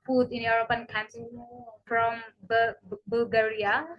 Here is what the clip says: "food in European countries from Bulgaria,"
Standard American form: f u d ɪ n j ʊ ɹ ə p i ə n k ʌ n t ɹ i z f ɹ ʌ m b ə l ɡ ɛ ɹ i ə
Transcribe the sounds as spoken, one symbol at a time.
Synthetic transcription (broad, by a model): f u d ɪ n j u ɹ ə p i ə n k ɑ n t i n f ɹ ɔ m b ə l ɡ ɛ ɹ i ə